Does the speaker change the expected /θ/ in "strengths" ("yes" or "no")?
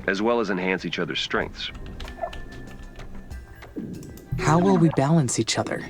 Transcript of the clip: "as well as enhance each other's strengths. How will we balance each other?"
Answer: no